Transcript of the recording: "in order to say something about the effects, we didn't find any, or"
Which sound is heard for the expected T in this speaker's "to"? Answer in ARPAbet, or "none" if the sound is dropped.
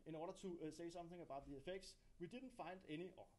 S